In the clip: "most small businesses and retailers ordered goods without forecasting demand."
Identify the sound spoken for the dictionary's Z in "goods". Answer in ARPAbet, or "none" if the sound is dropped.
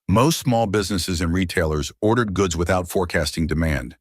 Z